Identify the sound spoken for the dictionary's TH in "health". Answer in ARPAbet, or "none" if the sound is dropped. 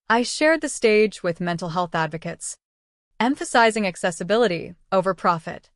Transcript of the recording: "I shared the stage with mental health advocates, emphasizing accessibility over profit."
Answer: TH